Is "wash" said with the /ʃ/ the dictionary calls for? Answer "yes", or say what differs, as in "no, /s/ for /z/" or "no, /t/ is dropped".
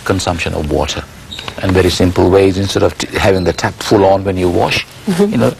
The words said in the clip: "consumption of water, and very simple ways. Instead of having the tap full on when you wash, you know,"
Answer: yes